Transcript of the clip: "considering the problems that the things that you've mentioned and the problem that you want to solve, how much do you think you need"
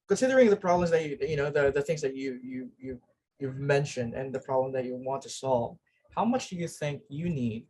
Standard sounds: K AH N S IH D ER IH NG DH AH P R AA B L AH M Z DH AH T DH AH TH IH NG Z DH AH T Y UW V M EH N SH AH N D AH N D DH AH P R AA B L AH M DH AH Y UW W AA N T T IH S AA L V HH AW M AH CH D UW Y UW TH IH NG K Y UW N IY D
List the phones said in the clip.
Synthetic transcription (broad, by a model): K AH N S IH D ER IH NG DH AH P R AA B L AH M Z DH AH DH DH AH TH IH NG Z DH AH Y Y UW V M EH N SH AH N D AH N DH AH P R AA B L AH M DH AH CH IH W AA N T T IH S AA L V HH AW M AH CH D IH Y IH TH IH NG K Y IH N IY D